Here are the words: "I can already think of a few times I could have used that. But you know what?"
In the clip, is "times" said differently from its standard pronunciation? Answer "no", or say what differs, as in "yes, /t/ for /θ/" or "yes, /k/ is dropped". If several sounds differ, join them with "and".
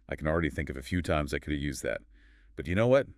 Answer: no